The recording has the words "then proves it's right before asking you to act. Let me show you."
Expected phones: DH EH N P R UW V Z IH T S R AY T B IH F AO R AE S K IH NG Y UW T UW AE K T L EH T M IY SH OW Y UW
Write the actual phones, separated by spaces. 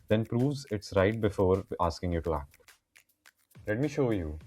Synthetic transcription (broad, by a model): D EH N P R UW V Z IH T S R AY T B IH F AO R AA S K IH NG Y UW T UW AE K T L EH T M IY SH OW Y UW